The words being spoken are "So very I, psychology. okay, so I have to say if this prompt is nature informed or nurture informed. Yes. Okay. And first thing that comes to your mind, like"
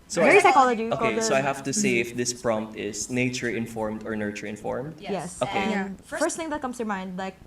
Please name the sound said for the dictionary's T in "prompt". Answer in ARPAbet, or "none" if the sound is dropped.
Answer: T